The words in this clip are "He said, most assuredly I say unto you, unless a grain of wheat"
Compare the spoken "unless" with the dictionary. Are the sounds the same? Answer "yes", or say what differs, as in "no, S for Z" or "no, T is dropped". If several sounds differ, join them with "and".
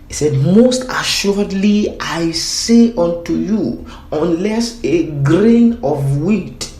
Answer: yes